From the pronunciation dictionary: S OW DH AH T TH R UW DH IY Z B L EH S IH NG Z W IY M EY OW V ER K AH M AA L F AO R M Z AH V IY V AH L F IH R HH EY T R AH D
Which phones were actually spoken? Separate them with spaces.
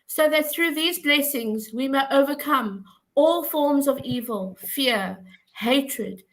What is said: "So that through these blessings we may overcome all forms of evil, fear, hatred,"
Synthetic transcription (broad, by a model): S OW DH AH T TH R UW DH IY Z B L EH S IH NG Z W IY M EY OW V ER K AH M AA L F AO R M Z AH V IY V AH L F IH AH HH EY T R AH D